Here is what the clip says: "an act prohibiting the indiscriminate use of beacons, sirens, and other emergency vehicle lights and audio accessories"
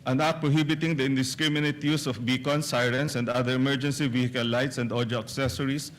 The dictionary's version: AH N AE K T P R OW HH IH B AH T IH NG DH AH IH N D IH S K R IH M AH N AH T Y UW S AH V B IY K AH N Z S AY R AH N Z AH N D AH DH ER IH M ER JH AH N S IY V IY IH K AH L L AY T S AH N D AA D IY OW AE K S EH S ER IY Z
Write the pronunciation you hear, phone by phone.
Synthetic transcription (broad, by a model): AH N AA T P R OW HH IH B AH T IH NG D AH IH N D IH S K R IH M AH N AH T Y UW S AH F B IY K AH N S AY R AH N S AH N D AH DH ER IH M ER JH AH N S IY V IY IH K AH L L AY T S AH N D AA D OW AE K S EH S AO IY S